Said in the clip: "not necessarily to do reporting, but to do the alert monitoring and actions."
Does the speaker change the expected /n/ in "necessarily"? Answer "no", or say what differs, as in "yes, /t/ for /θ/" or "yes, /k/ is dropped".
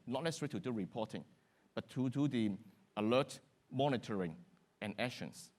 yes, /l/ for /n/